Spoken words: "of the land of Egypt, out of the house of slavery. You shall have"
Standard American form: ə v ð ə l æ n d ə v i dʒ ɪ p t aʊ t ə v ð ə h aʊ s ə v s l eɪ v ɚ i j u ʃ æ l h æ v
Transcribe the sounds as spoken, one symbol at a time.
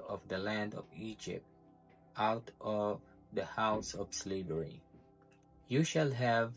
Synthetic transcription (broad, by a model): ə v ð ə l æ n d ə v i dʒ ɪ p t aʊ t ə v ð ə h aʊ s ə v s l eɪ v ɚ i j u ʃ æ l h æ v